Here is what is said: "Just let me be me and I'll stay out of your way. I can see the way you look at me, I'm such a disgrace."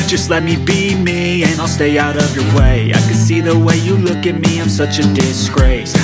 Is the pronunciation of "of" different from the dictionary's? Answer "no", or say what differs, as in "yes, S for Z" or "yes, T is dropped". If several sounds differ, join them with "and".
no